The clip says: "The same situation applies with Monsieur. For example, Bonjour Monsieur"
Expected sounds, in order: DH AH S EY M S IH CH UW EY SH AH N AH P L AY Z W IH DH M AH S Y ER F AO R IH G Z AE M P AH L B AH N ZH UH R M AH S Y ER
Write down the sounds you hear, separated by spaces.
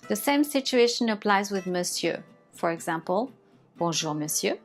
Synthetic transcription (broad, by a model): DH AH S EY M S IH CH UW EY SH AH N AH P L AY Z W IH DH M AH S Y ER F AO R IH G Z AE M P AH L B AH ZH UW R M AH S Y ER